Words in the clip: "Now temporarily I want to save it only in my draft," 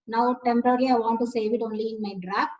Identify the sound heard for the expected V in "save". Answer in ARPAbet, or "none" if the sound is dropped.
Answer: V